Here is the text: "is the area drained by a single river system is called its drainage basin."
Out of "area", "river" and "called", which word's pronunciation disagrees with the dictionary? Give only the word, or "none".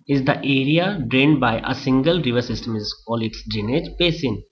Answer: called